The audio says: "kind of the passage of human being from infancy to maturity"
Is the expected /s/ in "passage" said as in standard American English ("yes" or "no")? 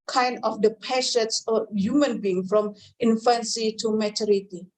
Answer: no